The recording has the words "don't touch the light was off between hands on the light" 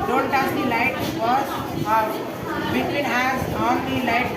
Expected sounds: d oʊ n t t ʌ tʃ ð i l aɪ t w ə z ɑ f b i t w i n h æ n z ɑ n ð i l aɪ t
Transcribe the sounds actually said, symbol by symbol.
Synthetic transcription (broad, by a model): d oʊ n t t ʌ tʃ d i l aɪ t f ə s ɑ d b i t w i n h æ z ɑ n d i l aɪ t